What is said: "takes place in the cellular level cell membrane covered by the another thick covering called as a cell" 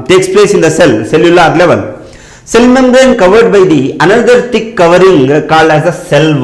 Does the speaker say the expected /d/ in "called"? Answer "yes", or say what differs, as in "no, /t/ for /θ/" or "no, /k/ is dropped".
no, /d/ is dropped